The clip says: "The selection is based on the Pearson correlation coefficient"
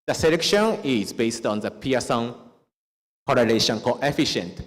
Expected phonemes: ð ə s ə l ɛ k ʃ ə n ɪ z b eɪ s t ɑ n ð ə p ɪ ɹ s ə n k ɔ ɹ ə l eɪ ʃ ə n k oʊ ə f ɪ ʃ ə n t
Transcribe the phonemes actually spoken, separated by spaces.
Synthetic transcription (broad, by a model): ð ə s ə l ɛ k ʃ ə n ɪ z b eɪ s t ɑ n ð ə p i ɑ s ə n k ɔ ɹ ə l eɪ ʃ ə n k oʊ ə f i ʃ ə n t